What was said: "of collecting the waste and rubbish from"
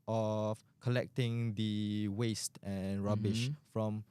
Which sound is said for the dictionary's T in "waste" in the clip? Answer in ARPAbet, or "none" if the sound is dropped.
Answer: T